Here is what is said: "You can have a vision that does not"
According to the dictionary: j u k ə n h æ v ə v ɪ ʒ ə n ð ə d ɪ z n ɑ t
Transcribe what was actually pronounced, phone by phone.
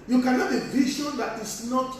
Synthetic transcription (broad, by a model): j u k ə n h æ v ə v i ʃ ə n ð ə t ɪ s n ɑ t